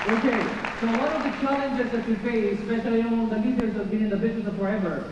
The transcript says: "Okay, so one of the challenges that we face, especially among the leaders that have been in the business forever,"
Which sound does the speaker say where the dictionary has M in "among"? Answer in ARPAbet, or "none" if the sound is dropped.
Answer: none